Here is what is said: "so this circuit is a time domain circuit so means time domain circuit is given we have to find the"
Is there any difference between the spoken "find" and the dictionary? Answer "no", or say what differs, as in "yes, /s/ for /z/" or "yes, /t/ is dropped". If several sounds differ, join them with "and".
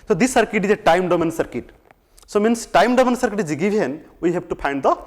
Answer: yes, /p/ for /f/